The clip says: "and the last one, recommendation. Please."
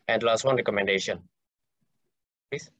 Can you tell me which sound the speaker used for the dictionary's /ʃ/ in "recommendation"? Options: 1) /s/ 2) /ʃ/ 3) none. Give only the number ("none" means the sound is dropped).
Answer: 2